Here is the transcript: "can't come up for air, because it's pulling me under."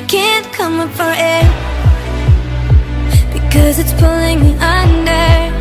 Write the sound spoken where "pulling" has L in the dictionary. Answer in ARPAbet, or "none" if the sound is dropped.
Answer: L